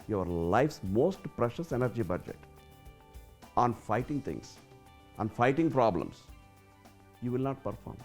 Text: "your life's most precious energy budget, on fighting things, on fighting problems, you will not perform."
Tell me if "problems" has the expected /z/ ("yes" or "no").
no